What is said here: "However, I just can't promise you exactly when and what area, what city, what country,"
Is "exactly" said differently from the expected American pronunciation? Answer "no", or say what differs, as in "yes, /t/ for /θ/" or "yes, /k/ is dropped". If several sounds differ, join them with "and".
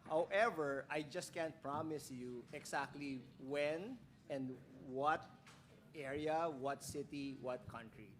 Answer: yes, /s/ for /z/